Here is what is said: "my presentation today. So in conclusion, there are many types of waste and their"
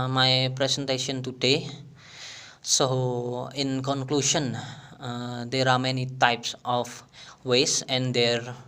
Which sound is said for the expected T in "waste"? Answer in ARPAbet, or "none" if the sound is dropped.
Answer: none